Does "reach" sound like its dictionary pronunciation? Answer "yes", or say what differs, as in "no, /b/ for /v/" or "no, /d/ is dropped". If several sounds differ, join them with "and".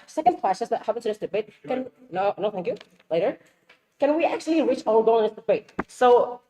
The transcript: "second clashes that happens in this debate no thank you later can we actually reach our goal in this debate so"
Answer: yes